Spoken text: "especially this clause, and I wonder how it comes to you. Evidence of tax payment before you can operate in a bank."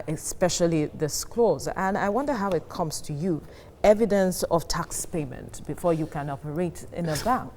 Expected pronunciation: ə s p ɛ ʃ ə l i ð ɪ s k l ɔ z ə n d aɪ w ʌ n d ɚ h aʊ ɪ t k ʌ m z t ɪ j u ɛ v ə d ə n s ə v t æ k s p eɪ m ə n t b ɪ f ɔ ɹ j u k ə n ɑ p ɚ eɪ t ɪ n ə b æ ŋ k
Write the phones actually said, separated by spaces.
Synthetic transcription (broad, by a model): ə s p ɛ ʃ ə l i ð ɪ s k l ɔ z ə n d aɪ w ʌ n d ɚ h aʊ ɪ t k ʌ m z t ɪ j u ɛ v ə d ə n s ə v t æ k s p eɪ m ə n t b ɪ f ɔ ɹ j u k ə n ɑ p ɚ eɪ t ɪ n ə b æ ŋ k